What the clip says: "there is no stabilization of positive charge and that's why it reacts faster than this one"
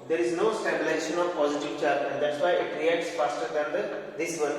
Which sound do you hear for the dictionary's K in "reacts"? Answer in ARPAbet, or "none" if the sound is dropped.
none